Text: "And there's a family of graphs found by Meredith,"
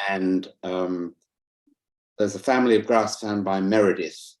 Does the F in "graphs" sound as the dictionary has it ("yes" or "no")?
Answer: no